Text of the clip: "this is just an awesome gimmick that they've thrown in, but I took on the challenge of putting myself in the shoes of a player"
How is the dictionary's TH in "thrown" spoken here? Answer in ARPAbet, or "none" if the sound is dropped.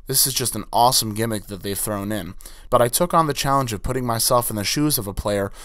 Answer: TH